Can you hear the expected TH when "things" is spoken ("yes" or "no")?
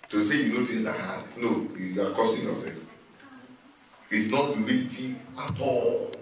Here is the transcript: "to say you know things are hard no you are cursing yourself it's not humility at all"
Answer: no